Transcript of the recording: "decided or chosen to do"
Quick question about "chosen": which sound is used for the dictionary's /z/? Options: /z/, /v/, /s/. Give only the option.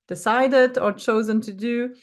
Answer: /z/